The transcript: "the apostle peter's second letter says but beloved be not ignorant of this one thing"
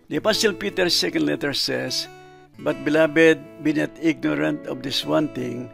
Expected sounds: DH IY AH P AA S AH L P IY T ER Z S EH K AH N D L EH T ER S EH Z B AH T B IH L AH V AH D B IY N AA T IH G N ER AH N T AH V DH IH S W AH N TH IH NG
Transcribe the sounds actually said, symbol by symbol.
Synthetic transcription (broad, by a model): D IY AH P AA S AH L P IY T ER S EH K AH N D L EH T ER S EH S B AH T B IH L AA B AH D B IY N AA T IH G N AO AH N T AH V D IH S W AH N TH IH NG